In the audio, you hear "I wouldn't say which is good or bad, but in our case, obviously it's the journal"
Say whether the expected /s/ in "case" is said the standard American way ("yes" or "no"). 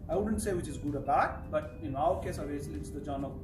yes